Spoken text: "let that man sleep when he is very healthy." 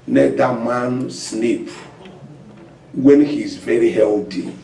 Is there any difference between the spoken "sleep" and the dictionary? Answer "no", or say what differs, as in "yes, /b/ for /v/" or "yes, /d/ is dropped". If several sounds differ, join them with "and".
yes, /n/ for /l/